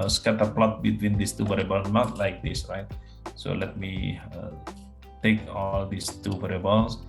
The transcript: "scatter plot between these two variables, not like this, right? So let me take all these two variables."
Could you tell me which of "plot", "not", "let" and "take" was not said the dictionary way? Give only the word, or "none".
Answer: none